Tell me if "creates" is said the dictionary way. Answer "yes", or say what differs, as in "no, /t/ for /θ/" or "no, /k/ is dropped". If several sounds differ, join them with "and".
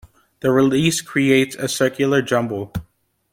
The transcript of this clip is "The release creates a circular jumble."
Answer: yes